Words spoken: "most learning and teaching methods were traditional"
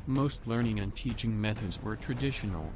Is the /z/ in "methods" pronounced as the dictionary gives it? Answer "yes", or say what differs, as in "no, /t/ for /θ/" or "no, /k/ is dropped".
yes